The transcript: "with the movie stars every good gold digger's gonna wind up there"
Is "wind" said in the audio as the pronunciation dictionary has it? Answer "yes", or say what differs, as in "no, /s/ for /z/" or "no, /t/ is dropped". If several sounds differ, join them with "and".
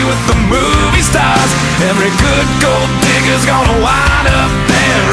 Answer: no, /d/ is dropped